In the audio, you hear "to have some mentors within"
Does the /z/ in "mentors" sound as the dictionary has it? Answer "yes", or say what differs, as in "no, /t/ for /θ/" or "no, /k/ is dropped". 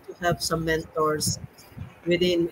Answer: no, /s/ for /z/